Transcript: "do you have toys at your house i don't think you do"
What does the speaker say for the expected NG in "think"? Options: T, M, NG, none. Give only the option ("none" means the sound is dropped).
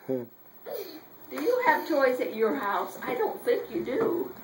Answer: none